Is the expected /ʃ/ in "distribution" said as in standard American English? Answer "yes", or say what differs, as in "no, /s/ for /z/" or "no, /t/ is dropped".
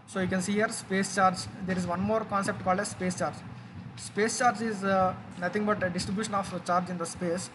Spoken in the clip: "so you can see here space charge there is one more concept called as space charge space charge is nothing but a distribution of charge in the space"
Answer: yes